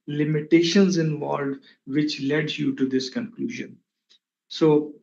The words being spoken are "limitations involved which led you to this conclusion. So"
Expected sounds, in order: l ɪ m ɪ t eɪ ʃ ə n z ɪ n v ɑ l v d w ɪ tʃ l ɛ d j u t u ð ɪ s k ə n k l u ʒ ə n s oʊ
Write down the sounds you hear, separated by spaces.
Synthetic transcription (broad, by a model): l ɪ m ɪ t eɪ ʃ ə n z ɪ n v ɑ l d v ɪ tʃ l ɛ d j u t u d ɪ s k ə n k l u ʒ ə n s oʊ